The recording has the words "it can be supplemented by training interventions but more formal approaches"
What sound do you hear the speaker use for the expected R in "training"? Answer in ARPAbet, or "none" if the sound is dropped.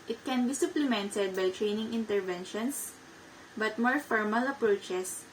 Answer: R